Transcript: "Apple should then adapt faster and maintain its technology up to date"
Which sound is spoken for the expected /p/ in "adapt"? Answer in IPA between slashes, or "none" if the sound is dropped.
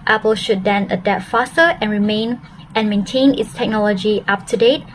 none